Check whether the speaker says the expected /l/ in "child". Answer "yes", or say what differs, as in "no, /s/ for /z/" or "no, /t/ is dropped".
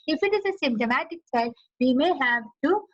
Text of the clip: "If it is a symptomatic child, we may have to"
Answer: no, /l/ is dropped